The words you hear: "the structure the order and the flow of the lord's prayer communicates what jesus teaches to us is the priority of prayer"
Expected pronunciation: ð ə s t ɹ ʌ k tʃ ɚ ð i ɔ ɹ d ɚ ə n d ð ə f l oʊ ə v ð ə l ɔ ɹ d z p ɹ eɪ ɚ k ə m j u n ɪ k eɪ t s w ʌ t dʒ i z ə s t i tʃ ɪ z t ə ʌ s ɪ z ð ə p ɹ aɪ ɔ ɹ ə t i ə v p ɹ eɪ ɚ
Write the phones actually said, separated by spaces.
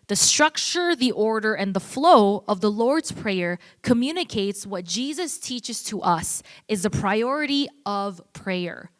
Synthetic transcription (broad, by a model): ð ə s t ɹ ʌ k tʃ ɚ ð i ɔ ɹ d ɚ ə n ð ə f l oʊ ə v ð ə l ɔ ɹ d z p ɹ eɪ ɚ k ə m j u n ɪ k eɪ t s w ʌ t dʒ i z ə s t i tʃ ɪ z t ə ʌ s ɪ z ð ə p ɹ aɪ ɔ ɹ ə t i ə v p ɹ eɪ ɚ